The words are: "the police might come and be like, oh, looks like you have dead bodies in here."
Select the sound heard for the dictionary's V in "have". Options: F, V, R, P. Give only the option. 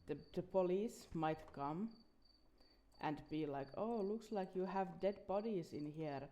V